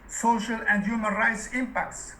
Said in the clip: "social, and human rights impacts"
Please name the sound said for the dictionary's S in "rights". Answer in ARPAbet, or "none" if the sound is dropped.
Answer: S